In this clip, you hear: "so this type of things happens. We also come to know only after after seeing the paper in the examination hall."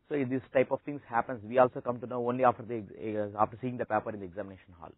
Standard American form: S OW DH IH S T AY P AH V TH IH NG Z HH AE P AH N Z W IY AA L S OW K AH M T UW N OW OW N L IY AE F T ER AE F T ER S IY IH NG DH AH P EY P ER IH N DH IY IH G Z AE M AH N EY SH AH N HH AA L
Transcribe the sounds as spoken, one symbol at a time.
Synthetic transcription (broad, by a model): S OW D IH S T AY P AH V T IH NG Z HH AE P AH N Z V IY AA L S OW K AH M T UW N OW OW N L IY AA F T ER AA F T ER S IY IH NG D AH P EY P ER IH N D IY IH G Z AE M AH N EY SH AH N HH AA L